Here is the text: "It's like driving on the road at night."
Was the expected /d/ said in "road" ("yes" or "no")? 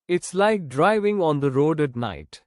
yes